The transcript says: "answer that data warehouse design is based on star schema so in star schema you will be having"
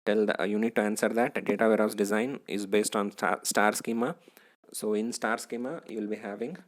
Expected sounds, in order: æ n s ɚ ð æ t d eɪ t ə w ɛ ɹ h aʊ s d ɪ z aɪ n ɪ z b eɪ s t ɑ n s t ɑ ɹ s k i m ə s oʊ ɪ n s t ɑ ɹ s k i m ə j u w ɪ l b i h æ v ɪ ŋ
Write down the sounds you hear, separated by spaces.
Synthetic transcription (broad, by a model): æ n s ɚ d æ t d eɪ t ə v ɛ ɹ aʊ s d ɪ z aɪ n ɪ z b eɪ s t ɑ n s t ɑ ɹ s k i m ə s oʊ ɪ n s t ɑ ɹ s k i m ə j u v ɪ l b i h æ v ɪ ŋ